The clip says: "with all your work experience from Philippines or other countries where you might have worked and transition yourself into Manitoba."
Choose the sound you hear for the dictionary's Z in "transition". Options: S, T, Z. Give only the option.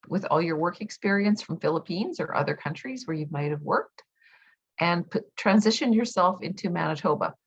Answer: Z